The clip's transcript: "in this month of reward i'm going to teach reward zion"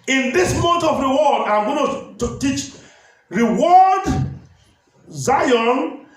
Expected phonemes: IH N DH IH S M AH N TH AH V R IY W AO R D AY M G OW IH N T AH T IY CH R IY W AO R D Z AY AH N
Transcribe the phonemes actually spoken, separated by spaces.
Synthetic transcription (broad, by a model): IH N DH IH S M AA N T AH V R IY W AO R D AY M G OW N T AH T IY CH R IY W AO D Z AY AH N